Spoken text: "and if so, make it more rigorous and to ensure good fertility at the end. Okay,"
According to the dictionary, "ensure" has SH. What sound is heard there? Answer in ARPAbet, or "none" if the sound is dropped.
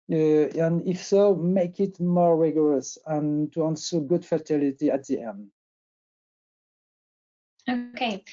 S